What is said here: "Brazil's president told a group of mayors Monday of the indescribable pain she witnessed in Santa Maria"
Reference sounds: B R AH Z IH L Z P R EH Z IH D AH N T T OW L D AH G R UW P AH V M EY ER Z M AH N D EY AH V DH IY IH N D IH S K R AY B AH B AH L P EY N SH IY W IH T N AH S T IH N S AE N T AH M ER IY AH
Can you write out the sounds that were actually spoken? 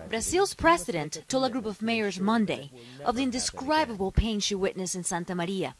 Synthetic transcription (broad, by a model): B R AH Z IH L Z P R EH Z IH D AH N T T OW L AH G R UW P AH V M EY ER Z M AH N D EY AH V DH IY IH N D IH S K R AY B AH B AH L P EY N SH IY W IH T N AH S IH N S AE N T AH M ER IY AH